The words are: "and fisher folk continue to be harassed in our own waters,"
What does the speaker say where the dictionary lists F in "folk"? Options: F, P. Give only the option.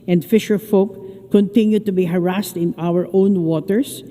F